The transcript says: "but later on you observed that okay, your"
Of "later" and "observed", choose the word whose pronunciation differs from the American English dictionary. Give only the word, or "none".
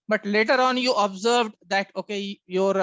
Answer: none